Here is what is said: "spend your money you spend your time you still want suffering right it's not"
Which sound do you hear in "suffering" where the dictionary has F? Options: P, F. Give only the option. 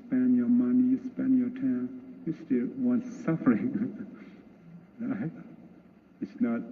F